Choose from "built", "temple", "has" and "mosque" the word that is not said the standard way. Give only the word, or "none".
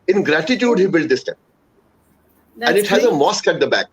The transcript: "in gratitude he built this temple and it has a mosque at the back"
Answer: temple